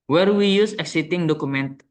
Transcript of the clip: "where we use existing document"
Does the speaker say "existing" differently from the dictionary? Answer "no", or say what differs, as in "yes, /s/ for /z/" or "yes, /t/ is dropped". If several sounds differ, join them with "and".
yes, /s/ is dropped